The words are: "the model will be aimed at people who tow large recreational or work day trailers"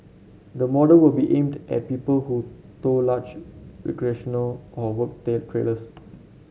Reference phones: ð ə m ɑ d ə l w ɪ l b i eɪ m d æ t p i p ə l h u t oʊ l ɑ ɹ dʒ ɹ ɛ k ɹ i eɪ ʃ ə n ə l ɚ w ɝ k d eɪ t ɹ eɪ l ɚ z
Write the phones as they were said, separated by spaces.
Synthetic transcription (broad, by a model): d ə m ɑ d ə l w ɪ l b i eɪ m d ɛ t p i p ə l h u t oʊ l ɑ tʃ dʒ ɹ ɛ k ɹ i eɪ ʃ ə n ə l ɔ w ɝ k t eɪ t ɹ eɪ l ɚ s